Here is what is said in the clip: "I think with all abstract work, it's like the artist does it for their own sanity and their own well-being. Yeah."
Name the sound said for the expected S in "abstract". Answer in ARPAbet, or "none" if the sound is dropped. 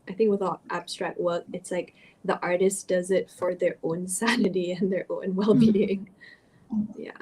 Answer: S